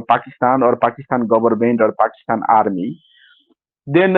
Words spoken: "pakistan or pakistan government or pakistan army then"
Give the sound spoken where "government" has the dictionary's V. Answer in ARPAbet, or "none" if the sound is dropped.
B